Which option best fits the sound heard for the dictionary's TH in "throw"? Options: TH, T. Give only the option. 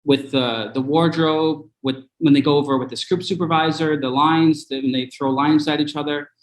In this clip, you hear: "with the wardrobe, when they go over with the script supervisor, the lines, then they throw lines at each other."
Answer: TH